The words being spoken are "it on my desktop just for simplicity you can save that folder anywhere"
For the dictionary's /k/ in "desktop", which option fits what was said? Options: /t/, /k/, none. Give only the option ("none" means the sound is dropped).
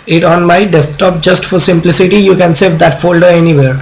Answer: none